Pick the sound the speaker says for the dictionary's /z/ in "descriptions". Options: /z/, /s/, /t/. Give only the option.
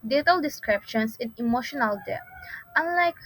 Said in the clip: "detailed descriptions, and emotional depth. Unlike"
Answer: /s/